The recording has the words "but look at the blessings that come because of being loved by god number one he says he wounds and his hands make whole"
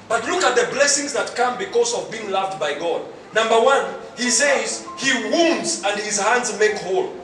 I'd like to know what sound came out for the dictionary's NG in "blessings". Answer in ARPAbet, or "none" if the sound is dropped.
NG